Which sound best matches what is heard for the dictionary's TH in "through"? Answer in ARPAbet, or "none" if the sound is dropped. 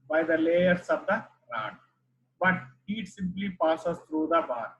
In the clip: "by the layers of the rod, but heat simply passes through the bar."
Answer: T